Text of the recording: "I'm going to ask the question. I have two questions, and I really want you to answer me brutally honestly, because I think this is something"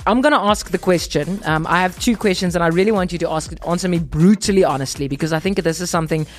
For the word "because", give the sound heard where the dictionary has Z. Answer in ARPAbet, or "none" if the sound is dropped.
Z